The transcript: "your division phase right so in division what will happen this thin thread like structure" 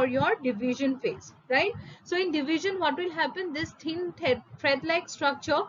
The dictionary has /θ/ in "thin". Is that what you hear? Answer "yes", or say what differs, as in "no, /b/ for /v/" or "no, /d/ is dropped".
no, /t/ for /θ/